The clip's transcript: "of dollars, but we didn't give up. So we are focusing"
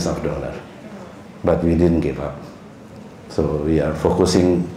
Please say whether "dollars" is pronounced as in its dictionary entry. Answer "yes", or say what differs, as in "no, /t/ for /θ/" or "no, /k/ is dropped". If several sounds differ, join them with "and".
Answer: no, /z/ is dropped